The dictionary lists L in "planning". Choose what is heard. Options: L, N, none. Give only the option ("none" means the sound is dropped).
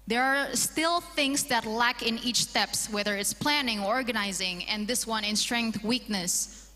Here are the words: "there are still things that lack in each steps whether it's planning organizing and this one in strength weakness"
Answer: L